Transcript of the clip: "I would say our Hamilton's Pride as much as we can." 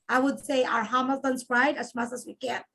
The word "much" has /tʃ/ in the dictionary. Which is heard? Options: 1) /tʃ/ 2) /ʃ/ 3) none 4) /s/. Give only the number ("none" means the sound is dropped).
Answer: 4